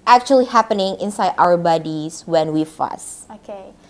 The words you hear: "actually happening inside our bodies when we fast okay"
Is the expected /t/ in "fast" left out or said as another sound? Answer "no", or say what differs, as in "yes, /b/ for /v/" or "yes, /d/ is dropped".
yes, /t/ is dropped